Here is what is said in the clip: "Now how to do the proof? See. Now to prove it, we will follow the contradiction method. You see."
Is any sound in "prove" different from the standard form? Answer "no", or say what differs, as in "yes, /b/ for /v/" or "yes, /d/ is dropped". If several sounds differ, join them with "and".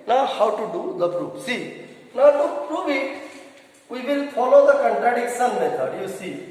yes, /b/ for /v/